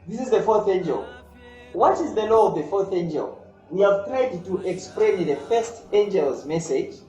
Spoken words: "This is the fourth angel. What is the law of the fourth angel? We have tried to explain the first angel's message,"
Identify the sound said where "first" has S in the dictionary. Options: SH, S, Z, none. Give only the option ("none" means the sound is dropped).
S